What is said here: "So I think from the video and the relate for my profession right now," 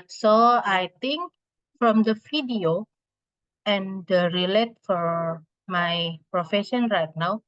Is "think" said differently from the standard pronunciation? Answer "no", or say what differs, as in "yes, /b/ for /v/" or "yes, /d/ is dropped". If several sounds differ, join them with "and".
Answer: yes, /t/ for /θ/